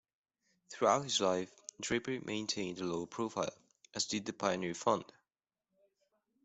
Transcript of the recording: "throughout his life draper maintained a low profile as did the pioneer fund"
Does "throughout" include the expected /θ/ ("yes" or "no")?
yes